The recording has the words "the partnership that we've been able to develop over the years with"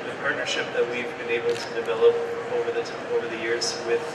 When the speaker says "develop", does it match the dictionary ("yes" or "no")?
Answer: yes